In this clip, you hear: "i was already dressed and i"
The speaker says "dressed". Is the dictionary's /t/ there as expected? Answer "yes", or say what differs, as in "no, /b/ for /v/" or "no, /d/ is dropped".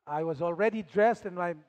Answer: yes